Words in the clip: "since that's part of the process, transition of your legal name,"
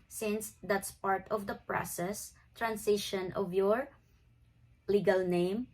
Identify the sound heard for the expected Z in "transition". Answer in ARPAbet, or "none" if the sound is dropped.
S